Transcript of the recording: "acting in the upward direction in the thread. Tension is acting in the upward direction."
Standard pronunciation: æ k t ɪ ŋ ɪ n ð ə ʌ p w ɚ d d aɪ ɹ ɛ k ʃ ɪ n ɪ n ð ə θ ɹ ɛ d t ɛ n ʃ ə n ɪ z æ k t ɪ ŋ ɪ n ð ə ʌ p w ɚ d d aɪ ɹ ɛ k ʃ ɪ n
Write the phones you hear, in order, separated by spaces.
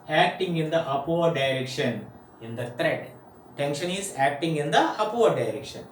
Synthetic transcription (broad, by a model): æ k t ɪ ŋ ɪ n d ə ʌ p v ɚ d d aɪ ɹ ɛ k ʃ ɪ n ɪ n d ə t ɹ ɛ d t ɛ n ʃ ə n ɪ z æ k t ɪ ŋ ɪ n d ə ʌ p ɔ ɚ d d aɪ ɹ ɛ k ʃ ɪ n